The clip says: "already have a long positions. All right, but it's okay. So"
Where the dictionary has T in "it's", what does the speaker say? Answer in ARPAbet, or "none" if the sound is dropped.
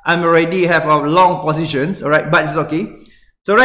S